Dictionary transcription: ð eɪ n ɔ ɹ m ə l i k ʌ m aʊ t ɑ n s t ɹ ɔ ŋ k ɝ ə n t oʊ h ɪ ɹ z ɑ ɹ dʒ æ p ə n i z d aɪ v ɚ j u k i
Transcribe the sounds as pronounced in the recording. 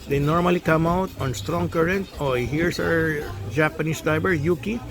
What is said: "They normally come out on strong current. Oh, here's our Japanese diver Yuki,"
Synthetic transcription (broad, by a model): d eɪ n ɔ ɹ m ə l i k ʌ m aʊ t ɑ n s t ɹ ɔ ŋ k ɝ ə n t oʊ h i ɹ s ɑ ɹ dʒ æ p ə n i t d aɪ b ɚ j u k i